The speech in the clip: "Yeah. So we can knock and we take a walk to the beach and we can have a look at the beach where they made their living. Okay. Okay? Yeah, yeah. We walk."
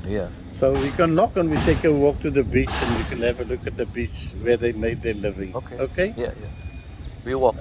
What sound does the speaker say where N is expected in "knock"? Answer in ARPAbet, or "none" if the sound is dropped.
L